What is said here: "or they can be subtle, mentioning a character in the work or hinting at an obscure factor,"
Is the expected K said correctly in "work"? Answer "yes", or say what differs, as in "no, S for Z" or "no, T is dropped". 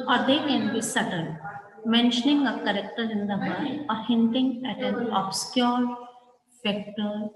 no, K is dropped